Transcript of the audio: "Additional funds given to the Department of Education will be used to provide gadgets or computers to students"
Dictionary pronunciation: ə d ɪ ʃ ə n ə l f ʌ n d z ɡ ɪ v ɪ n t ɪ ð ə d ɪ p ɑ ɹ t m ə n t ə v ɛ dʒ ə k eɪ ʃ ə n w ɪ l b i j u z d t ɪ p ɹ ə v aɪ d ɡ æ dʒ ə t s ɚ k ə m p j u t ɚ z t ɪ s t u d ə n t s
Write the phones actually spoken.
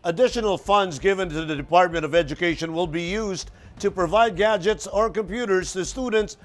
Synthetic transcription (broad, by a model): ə d ɪ ʃ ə n l f ʌ n d z ɡ ɪ v ɪ n t ɪ ð ə d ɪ p ɑ ɹ t m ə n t ə v ɛ dʒ ə k eɪ ʃ ə n w ɪ l b i j u z t ɪ p ɹ ə v aɪ d ɡ æ dʒ ə t s ɚ k ə m p j u t ɚ z t ɪ s t u d n t s